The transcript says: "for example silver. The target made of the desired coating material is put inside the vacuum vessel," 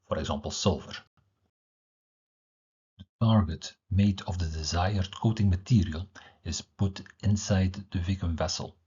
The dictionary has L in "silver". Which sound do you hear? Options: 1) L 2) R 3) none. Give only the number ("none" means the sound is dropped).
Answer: 1